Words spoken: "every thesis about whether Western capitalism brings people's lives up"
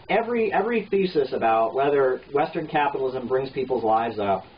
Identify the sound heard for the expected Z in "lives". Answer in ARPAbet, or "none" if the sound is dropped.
Z